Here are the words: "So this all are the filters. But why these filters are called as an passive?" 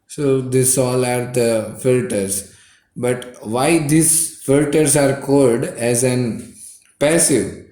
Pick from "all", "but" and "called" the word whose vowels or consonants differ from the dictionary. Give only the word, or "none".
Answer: none